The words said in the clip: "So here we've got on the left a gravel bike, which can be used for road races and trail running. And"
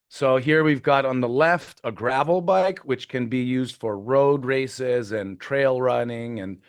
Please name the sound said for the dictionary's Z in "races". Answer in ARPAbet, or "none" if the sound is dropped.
Z